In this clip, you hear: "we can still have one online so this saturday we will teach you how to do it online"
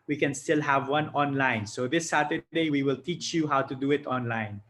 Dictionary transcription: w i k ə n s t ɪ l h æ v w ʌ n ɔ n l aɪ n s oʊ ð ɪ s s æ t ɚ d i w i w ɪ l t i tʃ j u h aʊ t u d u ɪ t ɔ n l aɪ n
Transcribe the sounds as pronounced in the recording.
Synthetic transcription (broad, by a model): w i k ə n s t ɪ l h æ v w ʌ n ɔ n l aɪ n s oʊ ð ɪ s s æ t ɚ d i w i w ɪ l t i tʃ j u h aʊ t u d u ɪ t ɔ n l aɪ n